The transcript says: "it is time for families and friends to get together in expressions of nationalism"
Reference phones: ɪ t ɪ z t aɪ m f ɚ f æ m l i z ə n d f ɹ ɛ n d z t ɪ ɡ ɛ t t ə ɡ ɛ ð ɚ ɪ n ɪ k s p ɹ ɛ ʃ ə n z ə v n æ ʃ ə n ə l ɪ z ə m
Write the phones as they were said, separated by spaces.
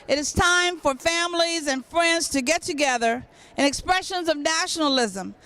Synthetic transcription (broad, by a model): ɪ t ɪ z t aɪ m f ɚ f æ m l i z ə n f ɹ ɛ n d z t ɪ ɡ ɛ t t ə ɡ ɛ ð ɚ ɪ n ɪ k s p ɹ ɛ ʃ ə n z ə v n æ ʃ n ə l ɪ z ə m